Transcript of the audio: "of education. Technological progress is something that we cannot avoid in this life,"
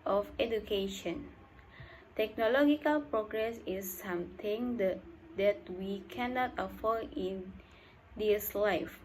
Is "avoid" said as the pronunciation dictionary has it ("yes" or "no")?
no